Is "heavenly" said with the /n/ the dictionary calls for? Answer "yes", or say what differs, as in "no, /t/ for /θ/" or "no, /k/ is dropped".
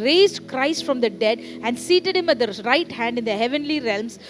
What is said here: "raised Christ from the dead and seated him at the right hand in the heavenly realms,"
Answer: yes